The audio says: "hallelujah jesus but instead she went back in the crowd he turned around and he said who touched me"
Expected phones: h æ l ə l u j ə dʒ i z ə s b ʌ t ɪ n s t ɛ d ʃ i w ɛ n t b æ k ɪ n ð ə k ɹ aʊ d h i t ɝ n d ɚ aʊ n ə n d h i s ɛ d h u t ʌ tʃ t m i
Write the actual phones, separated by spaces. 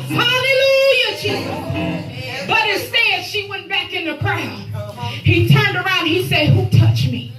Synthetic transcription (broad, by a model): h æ l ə l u j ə tʃ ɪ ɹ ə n b ʌ t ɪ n s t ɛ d ʃ i w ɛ n b æ k ɪ n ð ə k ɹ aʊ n h i t ɝ n d ɚ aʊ ə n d h i s ɛ d h u t ʌ tʃ m i